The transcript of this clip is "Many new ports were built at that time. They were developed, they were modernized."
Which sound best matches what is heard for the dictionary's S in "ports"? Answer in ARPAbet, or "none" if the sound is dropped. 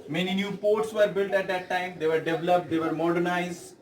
S